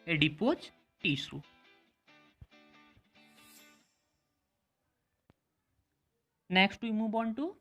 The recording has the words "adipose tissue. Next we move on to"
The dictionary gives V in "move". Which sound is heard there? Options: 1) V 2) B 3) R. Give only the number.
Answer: 2